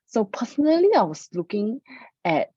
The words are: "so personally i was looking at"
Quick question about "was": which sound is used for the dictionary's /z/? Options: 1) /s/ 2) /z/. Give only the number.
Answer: 1